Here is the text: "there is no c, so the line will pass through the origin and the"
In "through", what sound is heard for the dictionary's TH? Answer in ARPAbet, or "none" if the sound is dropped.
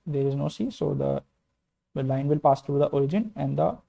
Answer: T